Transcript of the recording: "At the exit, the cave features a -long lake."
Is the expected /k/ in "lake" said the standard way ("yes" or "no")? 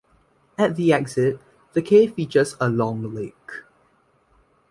yes